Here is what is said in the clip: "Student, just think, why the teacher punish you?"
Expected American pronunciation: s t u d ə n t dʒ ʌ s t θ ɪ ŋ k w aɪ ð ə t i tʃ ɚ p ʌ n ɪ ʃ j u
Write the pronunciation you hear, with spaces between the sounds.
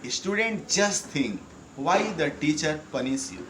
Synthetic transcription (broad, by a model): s t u d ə n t dʒ ʌ s t t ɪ ŋ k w aɪ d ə t i tʃ ɚ p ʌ n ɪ s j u